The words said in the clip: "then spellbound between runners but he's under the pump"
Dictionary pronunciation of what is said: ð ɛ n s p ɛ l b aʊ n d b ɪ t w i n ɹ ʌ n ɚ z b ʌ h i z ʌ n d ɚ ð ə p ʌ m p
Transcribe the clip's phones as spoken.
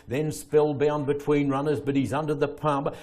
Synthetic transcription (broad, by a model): ð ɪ n s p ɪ l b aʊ n b ɪ t w i n ɹ ʌ n ɚ z b ʌ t i z ʌ n d ɚ ð ə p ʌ m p